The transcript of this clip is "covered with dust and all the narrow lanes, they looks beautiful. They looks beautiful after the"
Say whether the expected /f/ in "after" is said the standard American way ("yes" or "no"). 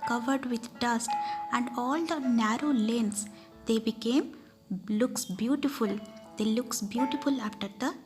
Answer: yes